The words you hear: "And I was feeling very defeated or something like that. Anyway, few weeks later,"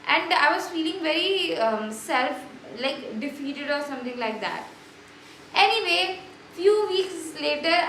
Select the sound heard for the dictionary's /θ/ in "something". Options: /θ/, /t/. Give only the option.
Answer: /t/